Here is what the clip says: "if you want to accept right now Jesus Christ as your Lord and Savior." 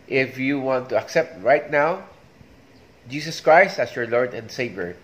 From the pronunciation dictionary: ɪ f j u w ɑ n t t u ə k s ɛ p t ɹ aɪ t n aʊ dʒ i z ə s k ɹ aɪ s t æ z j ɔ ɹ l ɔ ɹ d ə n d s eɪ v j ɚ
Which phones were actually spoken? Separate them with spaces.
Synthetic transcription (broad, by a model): ɪ f j u w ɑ n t t u ə k s ɛ p t ɹ aɪ t n aʊ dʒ i s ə s k ɹ aɪ s t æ s j ɔ ɹ l ɔ ɹ d ə n d s eɪ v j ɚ